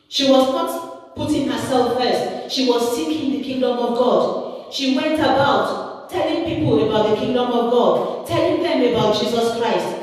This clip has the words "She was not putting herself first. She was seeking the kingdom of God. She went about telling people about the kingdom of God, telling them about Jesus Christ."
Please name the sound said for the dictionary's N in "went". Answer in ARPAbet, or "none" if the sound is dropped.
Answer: N